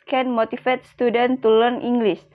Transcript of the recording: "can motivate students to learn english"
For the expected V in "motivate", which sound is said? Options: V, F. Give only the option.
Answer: F